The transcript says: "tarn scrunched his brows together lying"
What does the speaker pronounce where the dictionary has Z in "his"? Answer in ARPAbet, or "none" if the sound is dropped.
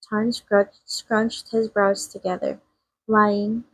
Z